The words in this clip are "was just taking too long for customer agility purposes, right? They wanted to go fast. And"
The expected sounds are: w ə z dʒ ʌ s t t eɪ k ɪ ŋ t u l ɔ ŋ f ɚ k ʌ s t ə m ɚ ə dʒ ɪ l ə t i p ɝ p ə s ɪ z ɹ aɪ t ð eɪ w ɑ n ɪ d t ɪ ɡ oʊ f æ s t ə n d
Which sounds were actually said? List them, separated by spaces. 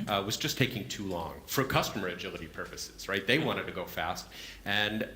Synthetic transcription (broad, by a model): w ə z dʒ ʌ s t t eɪ k ɪ ŋ t u l ɔ ŋ f ɚ k ʌ s t ə m ɚ ə dʒ ɪ l ə t i p ɝ p ə s ɪ z ɹ aɪ t ð eɪ w ɑ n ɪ d t ɪ ɡ oʊ f æ s t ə n